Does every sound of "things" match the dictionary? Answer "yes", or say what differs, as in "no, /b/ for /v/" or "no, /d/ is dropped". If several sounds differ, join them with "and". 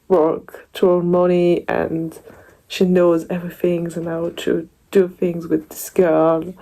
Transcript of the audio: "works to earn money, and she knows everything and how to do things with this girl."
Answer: yes